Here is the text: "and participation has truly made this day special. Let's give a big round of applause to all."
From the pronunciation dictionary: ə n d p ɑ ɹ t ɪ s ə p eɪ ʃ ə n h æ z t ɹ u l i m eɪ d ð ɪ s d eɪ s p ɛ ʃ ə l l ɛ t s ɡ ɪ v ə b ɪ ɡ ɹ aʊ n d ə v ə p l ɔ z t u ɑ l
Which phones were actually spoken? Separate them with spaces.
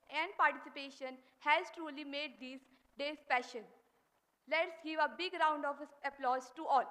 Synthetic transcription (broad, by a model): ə n d p ɑ ɹ t ɪ s ə p eɪ ʃ ə n h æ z t ɹ u l i m eɪ d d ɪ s d eɪ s p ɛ ʃ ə n l ɛ t s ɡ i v ə b ɪ ɡ ɹ aʊ n d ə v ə p l ɔ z t u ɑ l